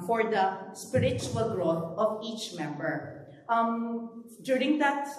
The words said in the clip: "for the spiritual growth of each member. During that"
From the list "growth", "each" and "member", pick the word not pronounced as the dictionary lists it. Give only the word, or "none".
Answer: growth